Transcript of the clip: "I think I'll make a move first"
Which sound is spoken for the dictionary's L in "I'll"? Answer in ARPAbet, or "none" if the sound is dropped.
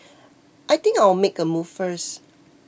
W